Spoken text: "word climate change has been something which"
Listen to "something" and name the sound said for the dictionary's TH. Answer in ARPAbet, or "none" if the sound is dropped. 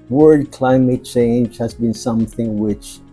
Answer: TH